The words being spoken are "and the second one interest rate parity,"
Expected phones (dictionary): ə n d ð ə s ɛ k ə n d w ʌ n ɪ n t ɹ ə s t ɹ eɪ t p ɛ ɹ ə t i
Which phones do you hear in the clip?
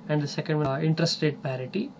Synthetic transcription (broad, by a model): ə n d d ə s ɛ k ə n d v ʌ ɪ n t ɹ ə s t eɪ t p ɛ ɹ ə t i